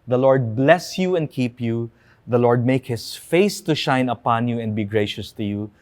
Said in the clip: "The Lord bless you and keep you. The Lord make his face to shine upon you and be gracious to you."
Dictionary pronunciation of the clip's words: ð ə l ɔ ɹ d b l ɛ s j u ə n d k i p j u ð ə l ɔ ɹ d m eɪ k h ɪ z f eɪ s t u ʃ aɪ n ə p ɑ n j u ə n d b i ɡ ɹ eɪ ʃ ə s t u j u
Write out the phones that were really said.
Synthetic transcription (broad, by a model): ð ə l ɔ ɹ d b l ɛ s j u ə n d k i p j u ð ə l ɔ ɹ d m eɪ k h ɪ s f eɪ s t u ʃ aɪ n ə p ɑ n j u ə n d b i ɡ ɹ eɪ ʃ ə s t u j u